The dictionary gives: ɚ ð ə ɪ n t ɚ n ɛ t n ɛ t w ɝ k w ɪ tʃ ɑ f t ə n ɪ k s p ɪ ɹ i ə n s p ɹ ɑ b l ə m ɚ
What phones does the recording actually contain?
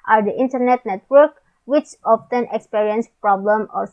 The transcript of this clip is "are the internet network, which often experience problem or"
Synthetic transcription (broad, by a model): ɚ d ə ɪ n t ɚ n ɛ t n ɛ t w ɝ k w ɪ tʃ ɑ f t ə n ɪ k s p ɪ ɹ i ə n s p ɹ ɑ b l ə m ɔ